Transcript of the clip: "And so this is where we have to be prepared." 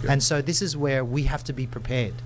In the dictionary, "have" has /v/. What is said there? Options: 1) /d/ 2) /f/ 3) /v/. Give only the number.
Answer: 2